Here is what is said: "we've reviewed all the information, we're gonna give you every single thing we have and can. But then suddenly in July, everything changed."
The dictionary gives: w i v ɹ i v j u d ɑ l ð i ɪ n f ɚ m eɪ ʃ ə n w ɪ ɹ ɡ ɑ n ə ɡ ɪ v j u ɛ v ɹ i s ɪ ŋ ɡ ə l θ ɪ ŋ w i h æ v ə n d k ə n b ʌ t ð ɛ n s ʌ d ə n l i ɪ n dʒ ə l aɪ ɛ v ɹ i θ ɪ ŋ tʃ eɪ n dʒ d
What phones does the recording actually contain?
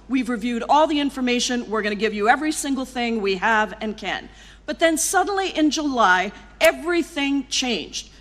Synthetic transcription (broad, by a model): w i v ɹ i v j u d ɑ l ð i ɪ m f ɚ m eɪ ʃ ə n w ɪ ɹ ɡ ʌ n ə ɡ ɪ v j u ɛ v ɹ i s ɪ ŋ ɡ l θ ɪ ŋ w i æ v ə n k ə n b ʌ t ð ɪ n s ʌ d n l i ɪ n dʒ ə l aɪ ɛ v ɹ i θ ɪ ŋ tʃ eɪ n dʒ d